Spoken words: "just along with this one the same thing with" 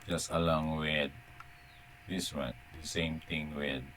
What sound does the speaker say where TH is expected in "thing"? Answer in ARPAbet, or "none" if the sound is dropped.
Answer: T